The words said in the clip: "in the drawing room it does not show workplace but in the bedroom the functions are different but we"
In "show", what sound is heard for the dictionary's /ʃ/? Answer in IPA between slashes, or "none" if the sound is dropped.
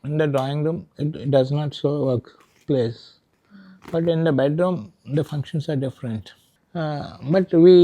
/s/